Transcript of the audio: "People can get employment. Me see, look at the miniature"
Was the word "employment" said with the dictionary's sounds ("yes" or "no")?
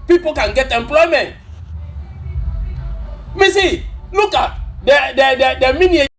yes